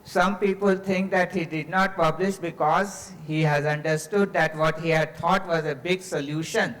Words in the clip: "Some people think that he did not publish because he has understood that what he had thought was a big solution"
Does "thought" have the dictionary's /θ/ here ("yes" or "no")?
no